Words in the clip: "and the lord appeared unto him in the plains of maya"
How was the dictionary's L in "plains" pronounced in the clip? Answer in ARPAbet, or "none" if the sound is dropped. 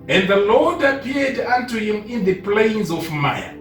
L